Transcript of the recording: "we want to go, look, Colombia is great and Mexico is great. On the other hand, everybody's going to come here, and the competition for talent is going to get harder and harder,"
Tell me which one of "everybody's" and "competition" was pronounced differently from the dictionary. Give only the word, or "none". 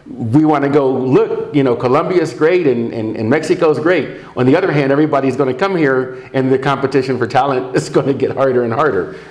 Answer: none